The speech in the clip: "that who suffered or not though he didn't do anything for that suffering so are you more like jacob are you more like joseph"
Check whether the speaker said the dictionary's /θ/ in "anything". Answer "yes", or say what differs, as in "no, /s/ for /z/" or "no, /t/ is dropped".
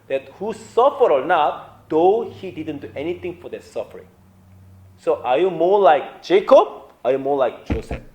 no, /t/ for /θ/